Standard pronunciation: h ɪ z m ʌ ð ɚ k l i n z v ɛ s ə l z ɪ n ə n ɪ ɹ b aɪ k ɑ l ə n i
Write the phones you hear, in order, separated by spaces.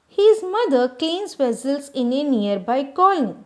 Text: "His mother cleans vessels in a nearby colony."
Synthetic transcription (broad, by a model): h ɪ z m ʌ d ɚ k i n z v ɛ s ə l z ɪ n ə n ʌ ɹ b aɪ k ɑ l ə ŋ